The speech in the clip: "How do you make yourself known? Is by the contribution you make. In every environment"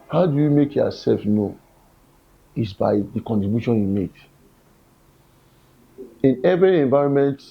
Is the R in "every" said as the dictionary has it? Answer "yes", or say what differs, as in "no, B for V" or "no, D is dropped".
yes